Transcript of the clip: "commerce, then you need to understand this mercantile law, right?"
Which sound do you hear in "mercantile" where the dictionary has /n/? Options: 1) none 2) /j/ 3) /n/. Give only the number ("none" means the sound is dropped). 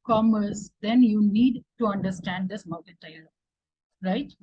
1